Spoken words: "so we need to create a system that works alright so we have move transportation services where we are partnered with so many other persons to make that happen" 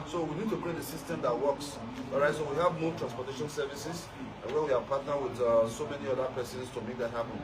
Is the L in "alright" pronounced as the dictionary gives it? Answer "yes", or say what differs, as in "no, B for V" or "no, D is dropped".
no, L is dropped